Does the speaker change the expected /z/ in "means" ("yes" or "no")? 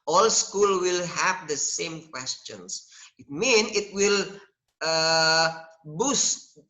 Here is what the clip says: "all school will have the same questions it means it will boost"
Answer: yes